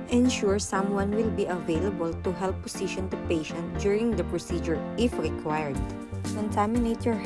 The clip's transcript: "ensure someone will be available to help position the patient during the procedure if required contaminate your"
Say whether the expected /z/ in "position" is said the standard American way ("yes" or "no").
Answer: no